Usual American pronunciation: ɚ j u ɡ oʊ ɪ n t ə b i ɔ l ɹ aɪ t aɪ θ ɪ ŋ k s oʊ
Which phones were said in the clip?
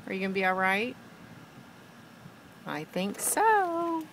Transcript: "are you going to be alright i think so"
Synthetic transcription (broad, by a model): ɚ j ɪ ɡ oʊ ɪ n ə b i ɔ l ɹ aɪ t aɪ θ ɪ ŋ k s oʊ